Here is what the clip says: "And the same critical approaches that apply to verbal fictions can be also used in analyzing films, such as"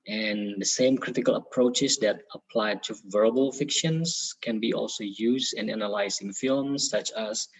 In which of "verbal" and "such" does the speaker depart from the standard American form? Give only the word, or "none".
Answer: none